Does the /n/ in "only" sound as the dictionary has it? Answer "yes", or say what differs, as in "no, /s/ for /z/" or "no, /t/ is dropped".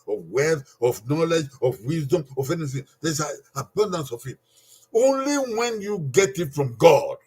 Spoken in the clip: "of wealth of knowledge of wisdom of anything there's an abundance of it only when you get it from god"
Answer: yes